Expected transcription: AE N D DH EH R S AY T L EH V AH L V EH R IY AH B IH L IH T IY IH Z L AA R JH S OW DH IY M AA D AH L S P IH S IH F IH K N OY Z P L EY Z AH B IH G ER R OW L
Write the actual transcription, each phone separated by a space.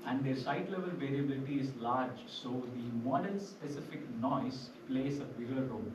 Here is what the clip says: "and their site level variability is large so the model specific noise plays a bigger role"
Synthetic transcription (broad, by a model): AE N D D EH R S AY T L EH V AH L V EH R IY AH B IH L IH T IY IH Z L AA R JH S OW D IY M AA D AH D S P IH S IH F IH K N OY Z P L EY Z AH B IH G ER R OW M